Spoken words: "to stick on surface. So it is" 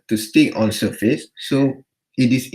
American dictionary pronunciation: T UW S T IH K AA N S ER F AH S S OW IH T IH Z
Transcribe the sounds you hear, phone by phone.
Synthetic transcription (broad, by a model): T UW S T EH AA N S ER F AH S S OW IH T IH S